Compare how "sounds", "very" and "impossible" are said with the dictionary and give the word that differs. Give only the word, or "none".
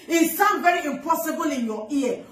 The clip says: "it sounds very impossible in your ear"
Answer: sounds